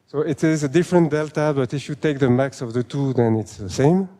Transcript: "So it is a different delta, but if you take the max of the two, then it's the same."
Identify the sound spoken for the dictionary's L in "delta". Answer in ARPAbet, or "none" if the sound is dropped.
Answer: L